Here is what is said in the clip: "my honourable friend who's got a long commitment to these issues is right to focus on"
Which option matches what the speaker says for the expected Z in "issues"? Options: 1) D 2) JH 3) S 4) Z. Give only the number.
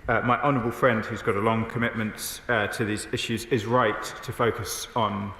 4